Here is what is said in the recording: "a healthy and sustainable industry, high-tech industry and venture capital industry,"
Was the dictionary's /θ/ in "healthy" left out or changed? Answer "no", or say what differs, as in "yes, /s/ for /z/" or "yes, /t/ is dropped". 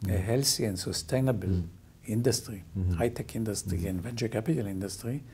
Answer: yes, /s/ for /θ/